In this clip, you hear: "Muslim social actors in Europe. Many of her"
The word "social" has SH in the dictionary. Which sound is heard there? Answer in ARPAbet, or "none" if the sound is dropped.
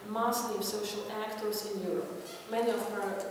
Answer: SH